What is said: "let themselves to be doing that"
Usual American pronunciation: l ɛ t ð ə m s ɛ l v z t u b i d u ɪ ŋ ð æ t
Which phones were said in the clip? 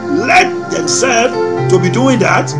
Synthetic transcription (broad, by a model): l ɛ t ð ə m s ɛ l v t u b i d u ɪ ŋ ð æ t